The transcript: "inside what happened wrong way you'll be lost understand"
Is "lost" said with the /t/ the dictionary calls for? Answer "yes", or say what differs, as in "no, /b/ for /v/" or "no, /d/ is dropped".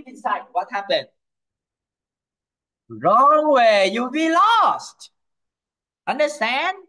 yes